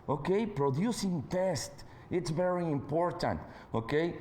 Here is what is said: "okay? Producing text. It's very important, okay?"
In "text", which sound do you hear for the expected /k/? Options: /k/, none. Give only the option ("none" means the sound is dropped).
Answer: none